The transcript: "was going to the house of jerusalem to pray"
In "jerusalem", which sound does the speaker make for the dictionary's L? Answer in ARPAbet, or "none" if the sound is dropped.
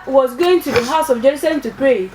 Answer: none